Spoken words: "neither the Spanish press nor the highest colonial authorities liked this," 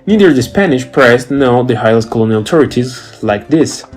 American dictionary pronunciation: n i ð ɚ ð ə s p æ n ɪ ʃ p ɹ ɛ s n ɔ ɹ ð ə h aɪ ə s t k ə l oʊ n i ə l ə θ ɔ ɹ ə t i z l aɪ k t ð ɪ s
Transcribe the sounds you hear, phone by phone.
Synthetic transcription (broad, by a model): n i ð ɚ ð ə s p æ n ɪ ʃ p ɹ ɛ s n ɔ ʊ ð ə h aɪ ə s k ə l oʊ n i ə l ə t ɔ ɹ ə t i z l aɪ k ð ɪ s